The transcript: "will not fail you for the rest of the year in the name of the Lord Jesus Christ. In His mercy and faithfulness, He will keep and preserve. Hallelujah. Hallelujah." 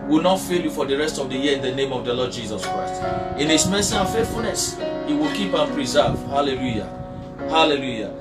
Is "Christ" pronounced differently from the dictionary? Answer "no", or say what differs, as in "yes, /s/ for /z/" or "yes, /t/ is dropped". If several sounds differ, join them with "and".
no